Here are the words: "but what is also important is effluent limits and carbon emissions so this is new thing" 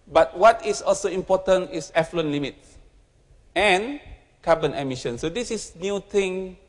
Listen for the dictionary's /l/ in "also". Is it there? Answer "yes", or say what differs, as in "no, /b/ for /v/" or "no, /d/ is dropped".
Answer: yes